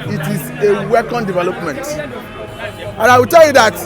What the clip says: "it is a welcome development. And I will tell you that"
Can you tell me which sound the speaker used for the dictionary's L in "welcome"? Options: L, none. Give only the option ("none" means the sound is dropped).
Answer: none